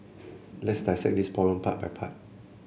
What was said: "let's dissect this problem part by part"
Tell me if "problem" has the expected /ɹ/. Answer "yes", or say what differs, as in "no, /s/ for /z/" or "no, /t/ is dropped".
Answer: no, /ɹ/ is dropped